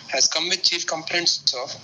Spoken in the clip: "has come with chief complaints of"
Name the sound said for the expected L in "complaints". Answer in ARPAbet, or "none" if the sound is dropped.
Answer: N